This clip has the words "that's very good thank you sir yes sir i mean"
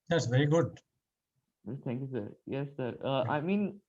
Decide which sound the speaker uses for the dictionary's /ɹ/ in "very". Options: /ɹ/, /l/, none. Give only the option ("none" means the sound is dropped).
/ɹ/